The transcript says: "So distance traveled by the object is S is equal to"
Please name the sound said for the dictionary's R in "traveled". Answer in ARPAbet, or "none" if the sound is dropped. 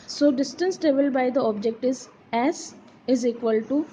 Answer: none